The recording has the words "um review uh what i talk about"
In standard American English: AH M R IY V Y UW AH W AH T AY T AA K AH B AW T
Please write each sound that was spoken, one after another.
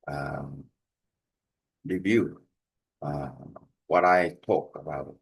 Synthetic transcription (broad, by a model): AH M R IY V Y UW AH W AH T AY T AA K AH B AW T